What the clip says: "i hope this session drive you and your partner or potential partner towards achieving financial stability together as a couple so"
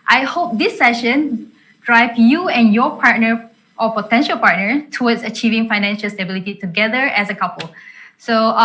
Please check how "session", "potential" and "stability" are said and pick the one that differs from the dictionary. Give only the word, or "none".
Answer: none